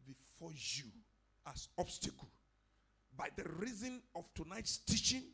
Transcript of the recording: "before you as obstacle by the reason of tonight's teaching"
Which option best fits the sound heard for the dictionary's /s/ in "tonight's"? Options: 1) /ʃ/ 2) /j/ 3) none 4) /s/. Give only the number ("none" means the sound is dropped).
4